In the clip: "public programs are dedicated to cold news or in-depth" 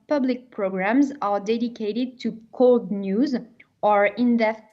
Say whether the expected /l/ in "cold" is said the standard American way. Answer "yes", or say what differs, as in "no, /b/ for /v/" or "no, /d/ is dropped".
yes